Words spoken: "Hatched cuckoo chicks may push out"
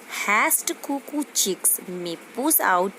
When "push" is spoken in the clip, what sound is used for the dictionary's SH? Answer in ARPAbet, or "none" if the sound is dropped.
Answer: S